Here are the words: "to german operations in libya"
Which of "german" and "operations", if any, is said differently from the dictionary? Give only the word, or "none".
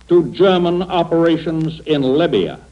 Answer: none